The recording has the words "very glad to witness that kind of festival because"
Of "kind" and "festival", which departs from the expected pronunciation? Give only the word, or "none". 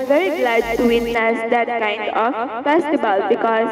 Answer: festival